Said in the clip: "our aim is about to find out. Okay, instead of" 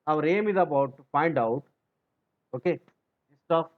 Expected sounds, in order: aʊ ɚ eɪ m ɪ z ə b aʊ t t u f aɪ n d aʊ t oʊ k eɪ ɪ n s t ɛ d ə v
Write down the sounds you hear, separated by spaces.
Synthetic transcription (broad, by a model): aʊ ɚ eɪ m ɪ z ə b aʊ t t u f aɪ n d aʊ t oʊ k eɪ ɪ s t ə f